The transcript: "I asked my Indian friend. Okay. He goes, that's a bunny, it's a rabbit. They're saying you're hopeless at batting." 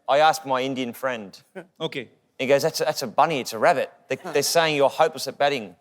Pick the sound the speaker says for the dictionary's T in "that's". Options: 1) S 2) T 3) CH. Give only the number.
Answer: 2